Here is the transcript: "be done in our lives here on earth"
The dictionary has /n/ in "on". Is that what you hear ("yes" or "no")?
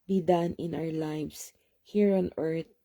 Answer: yes